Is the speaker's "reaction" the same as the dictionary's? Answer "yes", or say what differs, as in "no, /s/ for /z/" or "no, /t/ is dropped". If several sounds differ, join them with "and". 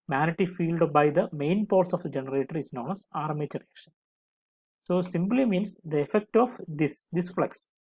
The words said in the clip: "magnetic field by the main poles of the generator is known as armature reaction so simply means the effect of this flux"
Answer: yes